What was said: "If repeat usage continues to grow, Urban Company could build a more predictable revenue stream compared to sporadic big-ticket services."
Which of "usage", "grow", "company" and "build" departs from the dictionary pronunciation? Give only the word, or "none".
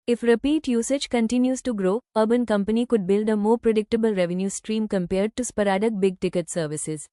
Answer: none